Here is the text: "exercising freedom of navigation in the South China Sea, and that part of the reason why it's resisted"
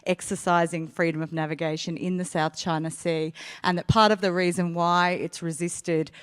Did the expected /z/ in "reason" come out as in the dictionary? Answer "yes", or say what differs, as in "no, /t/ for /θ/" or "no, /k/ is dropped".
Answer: yes